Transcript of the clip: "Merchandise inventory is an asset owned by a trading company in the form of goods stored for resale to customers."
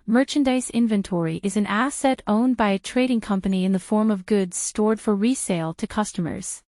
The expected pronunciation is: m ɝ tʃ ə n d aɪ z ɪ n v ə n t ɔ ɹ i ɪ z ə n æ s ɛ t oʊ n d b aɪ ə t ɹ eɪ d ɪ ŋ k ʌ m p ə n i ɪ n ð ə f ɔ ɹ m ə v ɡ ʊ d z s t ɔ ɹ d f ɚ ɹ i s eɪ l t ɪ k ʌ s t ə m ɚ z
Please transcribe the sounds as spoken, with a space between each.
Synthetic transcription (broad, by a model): m ɝ tʃ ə n d aɪ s ɪ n v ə n t ɔ ɹ i ɪ z ə n æ s ɛ t oʊ n b aɪ ə t ɹ eɪ d ɪ ŋ k ʌ m p ə n i ɪ n ð ə f ɔ ɹ m ə v ɡ ʊ d z s t ɔ ɹ d f ɚ ɹ i s eɪ l t ɪ k ʌ s t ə m ɚ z